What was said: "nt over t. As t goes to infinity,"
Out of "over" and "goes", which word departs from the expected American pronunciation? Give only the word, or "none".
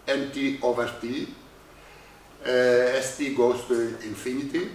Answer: goes